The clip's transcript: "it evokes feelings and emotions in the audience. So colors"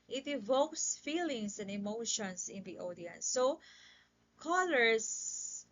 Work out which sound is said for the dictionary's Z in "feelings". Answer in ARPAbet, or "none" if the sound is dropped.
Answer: S